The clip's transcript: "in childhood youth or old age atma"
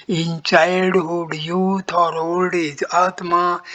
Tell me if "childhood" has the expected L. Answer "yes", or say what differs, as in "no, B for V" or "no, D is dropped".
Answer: no, L is dropped